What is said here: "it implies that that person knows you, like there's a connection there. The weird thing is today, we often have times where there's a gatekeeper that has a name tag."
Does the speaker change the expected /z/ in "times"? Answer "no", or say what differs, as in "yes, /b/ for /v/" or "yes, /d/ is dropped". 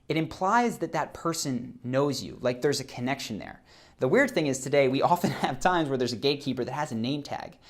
no